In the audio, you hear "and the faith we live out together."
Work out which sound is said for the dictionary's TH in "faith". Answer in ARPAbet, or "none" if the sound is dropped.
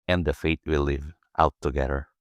T